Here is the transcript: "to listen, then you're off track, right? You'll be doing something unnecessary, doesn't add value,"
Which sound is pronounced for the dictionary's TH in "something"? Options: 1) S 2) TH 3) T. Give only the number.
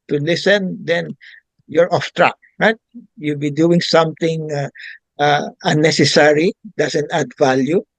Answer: 3